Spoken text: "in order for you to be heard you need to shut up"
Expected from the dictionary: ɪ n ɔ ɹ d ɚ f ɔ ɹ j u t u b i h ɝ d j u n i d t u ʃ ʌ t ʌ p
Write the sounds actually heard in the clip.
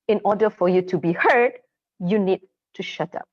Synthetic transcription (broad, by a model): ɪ n ɔ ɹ d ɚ f ɔ ɹ j u t u b i h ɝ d j u n i d t u ʃ ʌ t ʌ p